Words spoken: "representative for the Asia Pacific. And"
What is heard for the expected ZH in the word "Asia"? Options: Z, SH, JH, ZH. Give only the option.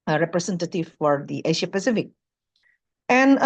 SH